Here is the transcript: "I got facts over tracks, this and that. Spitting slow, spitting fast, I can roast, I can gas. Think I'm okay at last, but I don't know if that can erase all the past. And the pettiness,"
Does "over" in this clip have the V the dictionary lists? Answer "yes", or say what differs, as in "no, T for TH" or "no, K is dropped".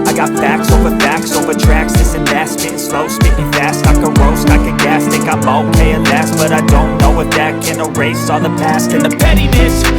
yes